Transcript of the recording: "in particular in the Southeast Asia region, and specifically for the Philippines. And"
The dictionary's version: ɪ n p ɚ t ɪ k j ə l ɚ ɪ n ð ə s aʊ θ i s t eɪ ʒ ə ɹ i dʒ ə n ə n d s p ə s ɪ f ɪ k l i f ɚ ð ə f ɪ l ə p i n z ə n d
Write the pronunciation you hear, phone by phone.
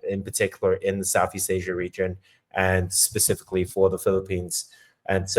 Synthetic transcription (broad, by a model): ɪ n p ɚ t ɪ k j l ɚ ɪ n ð ə s aʊ θ i s t eɪ ʒ ə ɹ i dʒ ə n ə n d s p ə s ɪ f ɪ k l i f ɚ ð ə f ɪ l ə p i n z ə n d